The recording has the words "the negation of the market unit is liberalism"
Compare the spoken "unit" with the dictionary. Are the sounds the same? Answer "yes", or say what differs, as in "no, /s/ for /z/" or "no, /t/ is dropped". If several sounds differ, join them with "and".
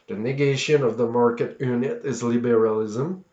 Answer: yes